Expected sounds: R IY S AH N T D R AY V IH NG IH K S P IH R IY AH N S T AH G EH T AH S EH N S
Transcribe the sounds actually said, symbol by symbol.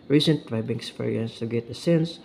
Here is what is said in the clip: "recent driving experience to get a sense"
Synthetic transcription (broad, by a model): R IY S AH N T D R AY B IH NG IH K S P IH R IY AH N S T AH G EH T AH S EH N S